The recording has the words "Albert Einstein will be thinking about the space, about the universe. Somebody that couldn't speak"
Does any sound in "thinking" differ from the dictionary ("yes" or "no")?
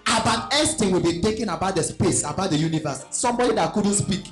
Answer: yes